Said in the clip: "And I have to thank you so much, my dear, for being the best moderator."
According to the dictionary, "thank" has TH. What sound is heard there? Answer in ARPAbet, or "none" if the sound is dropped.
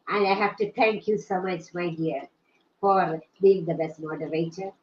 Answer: T